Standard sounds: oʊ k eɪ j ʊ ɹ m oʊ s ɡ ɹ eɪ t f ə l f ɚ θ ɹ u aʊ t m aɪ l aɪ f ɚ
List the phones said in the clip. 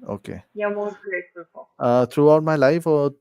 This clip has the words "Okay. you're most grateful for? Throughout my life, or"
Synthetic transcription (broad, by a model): oʊ k eɪ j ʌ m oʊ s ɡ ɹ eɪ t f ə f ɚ t ɹ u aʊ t m aɪ l aɪ f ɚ